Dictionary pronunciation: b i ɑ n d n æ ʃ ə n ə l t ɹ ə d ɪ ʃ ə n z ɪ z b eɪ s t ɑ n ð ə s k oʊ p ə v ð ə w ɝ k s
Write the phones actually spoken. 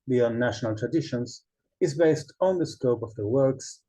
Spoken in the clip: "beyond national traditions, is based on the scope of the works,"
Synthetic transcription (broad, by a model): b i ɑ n n æ ʃ ə n ə l t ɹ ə d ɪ ʃ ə n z ɪ z b eɪ s t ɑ n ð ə s k oʊ p ə v ð ə w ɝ k s